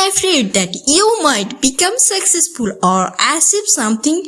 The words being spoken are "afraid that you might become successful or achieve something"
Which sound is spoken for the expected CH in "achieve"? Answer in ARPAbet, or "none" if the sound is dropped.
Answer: S